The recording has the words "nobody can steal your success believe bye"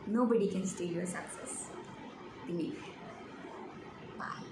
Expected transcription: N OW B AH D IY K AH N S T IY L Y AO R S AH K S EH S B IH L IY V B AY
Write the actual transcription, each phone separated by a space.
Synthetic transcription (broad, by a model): N OW B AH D IY K AH N S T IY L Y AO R S AH K S EH S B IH N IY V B AY